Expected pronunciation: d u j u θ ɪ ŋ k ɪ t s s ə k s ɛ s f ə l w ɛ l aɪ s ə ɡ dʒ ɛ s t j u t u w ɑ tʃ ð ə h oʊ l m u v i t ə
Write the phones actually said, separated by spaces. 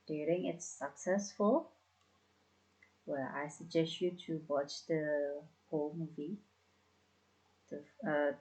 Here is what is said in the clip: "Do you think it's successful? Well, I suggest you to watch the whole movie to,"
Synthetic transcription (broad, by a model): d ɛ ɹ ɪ ŋ ɪ t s s ə k s ɛ s f ə l w ɛ l aɪ s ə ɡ dʒ ɛ s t j u t u w ɑ tʃ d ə h oʊ l m u v i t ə